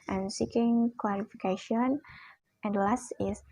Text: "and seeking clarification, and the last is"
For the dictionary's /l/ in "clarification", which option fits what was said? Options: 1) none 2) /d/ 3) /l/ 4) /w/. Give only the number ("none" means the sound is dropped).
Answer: 4